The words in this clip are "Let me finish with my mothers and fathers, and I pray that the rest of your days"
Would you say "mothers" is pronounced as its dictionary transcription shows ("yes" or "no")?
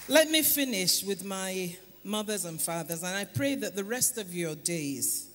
yes